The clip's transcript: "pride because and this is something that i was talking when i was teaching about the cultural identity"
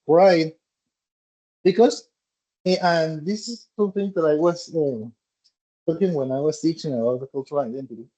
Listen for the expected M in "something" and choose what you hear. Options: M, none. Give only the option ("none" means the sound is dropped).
none